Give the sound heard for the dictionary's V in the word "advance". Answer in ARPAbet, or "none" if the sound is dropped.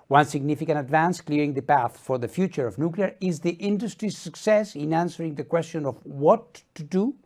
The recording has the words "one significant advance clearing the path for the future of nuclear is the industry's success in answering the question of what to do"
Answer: V